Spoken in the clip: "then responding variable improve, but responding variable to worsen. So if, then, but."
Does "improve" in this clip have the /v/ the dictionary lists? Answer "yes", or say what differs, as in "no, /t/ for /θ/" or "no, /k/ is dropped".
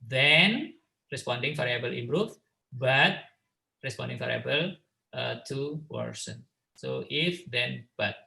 no, /f/ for /v/